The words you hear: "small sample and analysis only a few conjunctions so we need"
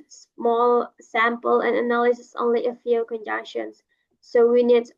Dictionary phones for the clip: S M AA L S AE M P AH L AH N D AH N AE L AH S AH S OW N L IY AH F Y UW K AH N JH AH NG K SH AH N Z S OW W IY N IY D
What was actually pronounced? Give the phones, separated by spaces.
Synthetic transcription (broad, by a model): S M AA L S AE M P AH L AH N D AH N AE L AH S AH S OW N L IY AH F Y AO K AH N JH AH K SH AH N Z S OW W IY N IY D